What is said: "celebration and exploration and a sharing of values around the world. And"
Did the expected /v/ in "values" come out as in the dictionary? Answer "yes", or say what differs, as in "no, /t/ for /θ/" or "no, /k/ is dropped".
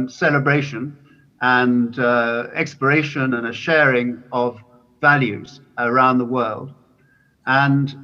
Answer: yes